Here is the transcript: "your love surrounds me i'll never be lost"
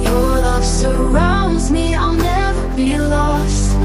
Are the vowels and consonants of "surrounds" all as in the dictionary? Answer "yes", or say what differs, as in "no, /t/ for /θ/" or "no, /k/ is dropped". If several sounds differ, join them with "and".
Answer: yes